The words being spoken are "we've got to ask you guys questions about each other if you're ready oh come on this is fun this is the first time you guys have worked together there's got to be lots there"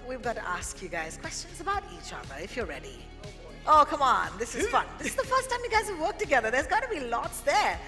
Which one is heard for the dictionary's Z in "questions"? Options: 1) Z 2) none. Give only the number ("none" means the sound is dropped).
1